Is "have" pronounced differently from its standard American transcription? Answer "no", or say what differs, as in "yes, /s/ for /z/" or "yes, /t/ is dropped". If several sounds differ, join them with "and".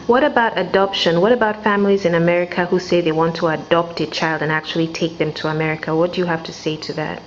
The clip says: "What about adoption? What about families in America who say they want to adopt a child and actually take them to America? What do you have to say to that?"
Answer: yes, /f/ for /v/